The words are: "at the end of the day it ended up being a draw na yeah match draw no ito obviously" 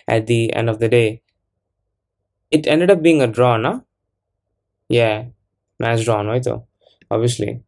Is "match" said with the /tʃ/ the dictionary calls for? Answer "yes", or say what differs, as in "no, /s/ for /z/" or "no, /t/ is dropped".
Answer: no, /s/ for /tʃ/